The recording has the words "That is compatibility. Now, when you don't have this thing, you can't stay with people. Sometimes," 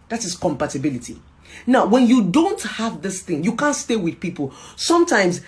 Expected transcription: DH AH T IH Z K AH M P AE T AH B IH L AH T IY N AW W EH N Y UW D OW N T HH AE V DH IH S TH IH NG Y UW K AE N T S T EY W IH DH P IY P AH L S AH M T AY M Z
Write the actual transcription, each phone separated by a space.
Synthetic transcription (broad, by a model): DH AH T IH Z K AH M P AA T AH B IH L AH T IY N AW W EH N Y UW D OW N T HH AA V DH IH S TH IH NG Y UW K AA N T S T EY W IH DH P IY P AH L S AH M T AY M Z